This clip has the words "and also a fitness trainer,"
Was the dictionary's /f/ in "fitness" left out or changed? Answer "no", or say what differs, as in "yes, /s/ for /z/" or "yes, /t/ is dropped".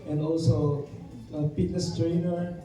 yes, /p/ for /f/